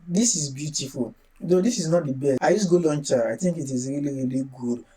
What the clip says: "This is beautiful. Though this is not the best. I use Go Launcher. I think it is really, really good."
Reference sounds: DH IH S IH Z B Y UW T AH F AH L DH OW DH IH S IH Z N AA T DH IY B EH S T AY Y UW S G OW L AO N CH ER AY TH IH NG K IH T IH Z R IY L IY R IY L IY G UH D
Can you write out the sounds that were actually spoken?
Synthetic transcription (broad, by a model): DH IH S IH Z B Y UW T AH F AH L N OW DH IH S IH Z N AA T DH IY B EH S AY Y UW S G OW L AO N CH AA AY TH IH NG K IH T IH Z R IY L IY R IY L IY G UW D